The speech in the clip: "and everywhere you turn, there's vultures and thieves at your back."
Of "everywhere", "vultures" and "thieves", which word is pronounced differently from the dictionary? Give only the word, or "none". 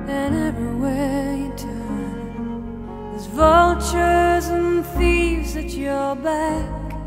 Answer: none